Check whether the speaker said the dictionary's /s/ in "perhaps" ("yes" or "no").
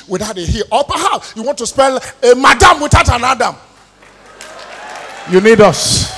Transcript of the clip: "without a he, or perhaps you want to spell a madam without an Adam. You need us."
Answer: no